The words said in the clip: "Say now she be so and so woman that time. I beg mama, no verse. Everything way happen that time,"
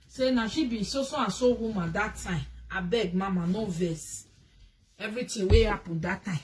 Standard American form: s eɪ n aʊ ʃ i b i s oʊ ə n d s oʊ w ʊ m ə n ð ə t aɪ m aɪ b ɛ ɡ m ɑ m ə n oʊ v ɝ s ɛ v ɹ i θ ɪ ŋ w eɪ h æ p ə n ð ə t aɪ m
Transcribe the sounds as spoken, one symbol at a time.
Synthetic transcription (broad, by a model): s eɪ n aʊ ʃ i b i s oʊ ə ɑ s oʊ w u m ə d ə t aɪ m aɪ b ɛ ɡ m ɑ m ə n oʊ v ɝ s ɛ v ɹ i t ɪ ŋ w eɪ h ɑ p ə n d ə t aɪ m